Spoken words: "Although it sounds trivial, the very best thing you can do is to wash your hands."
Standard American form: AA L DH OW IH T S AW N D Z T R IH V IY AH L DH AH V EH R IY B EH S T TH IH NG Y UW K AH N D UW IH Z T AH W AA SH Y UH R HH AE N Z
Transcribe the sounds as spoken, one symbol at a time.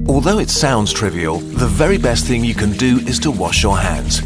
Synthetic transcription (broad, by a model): AA L DH OW IH T S AW N D Z T R IH V IY AH L DH AH V EH R IY B EH S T TH IH NG Y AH K AH N D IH IH Z T AH W AA SH Y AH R HH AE N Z